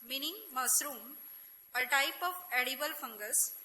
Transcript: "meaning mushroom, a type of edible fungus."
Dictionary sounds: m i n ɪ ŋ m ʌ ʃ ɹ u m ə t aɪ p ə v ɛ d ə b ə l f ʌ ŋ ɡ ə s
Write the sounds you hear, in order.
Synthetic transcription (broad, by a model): m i n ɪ ŋ m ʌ s ɹ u m ə t aɪ p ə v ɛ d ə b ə l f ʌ ŋ ɡ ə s